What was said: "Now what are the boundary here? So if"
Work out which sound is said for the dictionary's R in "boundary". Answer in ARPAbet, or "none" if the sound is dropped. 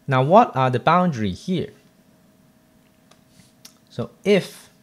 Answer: R